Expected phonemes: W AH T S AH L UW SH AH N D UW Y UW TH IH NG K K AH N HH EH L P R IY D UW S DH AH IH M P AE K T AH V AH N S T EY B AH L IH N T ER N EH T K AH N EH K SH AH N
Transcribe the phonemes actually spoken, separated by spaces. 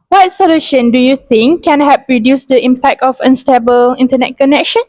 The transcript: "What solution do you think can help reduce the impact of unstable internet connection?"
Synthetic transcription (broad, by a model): W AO T S AH L UW SH AH N D UW Y UW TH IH NG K K AH N HH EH P R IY D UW S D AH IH M P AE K T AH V AH N S T EY B AH L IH N T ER N EH T K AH N EH K SH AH N